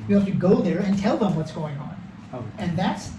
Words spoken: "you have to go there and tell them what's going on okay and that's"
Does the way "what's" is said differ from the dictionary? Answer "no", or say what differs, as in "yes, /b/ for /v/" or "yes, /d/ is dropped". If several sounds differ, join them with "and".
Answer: no